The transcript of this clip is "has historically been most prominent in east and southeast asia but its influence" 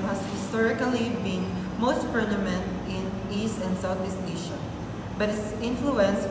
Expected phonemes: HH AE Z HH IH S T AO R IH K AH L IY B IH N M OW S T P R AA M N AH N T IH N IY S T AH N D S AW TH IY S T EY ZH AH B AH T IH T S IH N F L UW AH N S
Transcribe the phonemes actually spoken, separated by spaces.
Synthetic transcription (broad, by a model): HH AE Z HH IH S T AO R IH K AH L IY B IH N M OW S T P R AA M AH N T IH N IY S T AH N D S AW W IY S T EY SH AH B AH T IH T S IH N F L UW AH N S